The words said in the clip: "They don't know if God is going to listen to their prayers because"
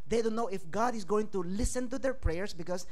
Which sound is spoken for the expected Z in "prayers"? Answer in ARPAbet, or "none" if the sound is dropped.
S